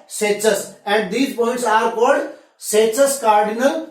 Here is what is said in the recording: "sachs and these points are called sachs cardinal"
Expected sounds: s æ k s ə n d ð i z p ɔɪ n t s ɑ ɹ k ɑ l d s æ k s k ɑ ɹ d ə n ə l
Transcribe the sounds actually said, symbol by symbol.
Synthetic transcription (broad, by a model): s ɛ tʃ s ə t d i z p ɔɪ n t s ɑ ɹ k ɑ d s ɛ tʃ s k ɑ ɹ d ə n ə l